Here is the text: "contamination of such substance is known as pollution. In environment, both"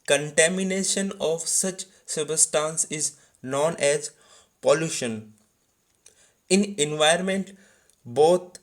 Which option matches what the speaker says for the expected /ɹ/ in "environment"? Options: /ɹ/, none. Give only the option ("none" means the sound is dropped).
none